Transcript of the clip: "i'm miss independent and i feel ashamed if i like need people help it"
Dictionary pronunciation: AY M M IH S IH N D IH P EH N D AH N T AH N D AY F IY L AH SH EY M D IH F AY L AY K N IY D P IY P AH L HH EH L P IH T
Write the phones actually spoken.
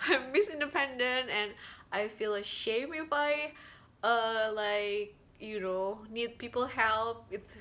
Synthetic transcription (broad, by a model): AY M M IH S IH N D IH P EH N D AH N T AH N AY F IY L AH SH EY M IH F AY L AY K N IY D P IY P L HH EH L P IH T